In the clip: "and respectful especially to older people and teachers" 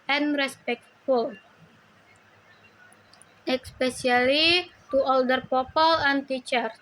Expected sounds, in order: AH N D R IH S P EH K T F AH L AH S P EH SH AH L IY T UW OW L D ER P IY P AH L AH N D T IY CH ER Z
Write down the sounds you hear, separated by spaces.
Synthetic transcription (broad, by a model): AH N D R IH S P EH K T F AH L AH S P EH S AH L IY T UW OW L D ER P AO P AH L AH N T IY CH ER